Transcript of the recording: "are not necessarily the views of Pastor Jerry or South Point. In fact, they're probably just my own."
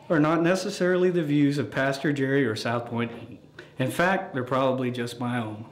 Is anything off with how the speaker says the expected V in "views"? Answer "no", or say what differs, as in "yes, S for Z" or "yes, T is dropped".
no